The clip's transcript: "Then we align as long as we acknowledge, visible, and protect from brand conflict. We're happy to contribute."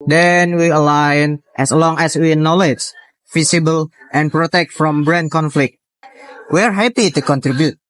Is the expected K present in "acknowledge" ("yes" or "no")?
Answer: no